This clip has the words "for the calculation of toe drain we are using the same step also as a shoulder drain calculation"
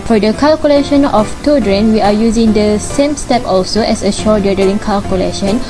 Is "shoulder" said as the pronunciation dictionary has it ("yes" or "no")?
no